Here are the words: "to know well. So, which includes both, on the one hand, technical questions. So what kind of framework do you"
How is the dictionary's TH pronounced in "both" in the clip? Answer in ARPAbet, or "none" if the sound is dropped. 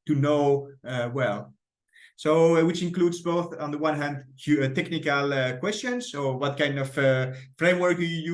TH